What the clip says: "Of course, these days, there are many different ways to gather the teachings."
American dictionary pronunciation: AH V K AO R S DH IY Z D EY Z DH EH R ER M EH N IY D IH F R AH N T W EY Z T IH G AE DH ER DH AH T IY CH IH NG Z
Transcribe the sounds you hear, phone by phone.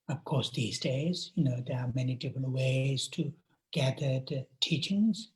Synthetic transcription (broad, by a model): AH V K AO R S DH IY Z D EY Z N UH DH ER M EH N IY D IH F R AH N T W EY Z T IH G AE DH ER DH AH T IY CH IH NG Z